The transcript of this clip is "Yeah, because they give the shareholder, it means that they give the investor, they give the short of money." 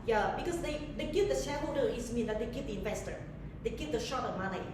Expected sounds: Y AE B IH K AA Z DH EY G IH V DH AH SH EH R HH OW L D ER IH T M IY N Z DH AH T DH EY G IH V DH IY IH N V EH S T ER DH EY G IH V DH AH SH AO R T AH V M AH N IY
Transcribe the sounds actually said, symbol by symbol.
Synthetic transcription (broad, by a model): Y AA B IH K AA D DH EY G IH V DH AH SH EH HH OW D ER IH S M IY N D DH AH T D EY G IH V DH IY IH N V EH S T ER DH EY G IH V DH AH SH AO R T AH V M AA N IY